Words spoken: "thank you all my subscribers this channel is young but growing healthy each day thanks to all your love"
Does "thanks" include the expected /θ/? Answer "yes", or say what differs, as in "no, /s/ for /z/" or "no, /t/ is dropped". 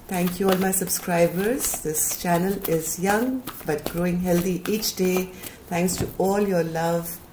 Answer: no, /t/ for /θ/